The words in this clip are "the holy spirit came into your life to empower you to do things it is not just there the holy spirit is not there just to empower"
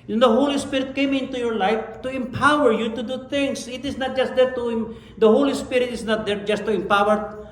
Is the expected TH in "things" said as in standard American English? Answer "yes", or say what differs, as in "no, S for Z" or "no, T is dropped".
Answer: no, T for TH